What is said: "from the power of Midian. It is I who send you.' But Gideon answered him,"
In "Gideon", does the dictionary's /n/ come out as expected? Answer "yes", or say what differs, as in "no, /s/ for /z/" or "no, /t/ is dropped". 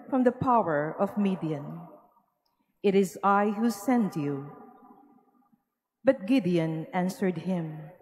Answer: yes